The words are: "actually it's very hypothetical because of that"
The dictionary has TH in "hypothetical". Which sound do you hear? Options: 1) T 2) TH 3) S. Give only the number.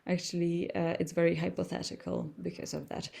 2